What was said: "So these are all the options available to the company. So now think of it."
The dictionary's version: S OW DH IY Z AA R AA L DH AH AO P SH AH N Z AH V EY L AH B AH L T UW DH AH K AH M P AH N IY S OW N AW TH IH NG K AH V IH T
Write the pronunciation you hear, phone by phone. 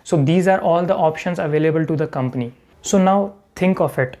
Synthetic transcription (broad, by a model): S OW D IY Z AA R AA L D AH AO P SH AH N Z AH V EY L AH B AH L T UW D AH K AH M P AH N IY S OW N AW T IH NG K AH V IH T